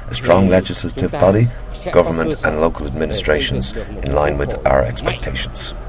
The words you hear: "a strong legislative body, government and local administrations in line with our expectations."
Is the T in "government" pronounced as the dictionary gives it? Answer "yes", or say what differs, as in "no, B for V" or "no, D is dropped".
yes